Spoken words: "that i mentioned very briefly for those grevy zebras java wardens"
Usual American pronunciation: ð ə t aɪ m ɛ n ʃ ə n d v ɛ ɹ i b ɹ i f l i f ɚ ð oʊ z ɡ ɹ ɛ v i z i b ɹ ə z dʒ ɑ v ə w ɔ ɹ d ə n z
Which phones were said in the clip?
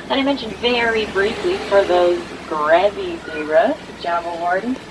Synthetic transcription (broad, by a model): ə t aɪ m ɛ n ʃ ə n d v ɛ ɹ i b ɹ i f l i f ɚ ð oʊ z ɡ ɹ ɛ v i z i ɹ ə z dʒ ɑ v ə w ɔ ɹ d n